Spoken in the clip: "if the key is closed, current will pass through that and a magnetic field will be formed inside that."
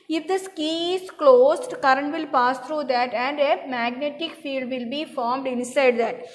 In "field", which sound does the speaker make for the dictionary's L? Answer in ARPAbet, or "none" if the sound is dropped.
L